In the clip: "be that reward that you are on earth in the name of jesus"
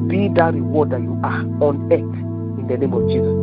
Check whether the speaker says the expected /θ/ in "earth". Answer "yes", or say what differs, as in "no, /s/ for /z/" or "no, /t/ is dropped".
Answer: no, /t/ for /θ/